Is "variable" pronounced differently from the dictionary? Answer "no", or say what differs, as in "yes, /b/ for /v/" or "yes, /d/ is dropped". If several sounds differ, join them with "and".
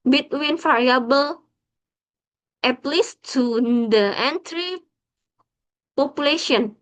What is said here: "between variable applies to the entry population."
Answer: yes, /f/ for /v/